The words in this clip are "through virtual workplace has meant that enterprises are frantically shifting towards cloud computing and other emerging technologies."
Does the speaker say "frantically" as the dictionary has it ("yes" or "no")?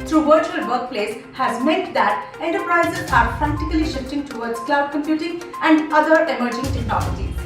no